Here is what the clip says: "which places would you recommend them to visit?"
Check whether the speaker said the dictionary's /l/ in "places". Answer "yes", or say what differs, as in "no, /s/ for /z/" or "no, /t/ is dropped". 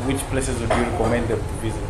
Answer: yes